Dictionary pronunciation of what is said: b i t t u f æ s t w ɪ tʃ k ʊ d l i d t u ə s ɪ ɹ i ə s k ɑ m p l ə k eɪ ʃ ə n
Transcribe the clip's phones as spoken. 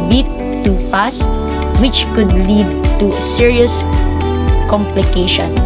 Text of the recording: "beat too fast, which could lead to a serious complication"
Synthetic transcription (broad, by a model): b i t t u p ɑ s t w ɪ tʃ k ʊ d l i d t u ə s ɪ ɹ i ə s k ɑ m p l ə k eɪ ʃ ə n